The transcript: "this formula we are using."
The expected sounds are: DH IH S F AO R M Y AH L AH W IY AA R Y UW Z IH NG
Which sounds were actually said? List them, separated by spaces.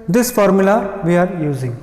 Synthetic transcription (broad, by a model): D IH S F AO R M Y AH L AH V IY AA R Y UW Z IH NG